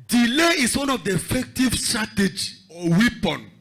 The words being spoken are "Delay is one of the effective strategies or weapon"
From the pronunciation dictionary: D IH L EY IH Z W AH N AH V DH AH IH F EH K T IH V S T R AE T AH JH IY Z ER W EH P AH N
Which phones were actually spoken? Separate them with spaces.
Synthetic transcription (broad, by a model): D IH L EY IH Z W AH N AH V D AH IH F EH K T IH V S T R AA T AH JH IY AO W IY P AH N